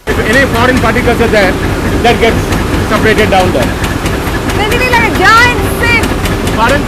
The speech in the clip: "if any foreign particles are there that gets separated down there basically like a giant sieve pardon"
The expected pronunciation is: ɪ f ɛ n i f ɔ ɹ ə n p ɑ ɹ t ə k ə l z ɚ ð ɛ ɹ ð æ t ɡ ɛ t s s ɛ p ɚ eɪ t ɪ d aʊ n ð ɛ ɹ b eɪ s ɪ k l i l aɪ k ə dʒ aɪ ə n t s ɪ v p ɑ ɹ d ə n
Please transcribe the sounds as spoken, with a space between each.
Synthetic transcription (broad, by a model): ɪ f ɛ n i f ɔ ɹ ə n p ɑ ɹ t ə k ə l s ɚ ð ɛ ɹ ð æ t ɡ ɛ t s s ɛ p ɚ eɪ t ɪ d aʊ n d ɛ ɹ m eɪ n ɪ l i l aɪ k ə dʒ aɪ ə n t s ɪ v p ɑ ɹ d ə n